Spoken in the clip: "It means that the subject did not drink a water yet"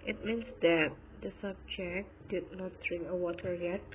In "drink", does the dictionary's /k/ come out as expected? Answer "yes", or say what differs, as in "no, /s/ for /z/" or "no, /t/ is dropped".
yes